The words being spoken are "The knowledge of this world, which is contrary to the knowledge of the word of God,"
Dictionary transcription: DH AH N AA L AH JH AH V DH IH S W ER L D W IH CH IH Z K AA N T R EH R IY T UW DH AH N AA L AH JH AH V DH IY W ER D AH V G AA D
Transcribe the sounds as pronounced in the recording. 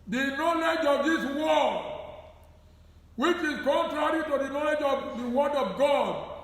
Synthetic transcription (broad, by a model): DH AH N AA L AH JH AH V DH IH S W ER D W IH CH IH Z K AA N T R EH R IY T UW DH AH N AA L AH JH AH V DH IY W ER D AH V G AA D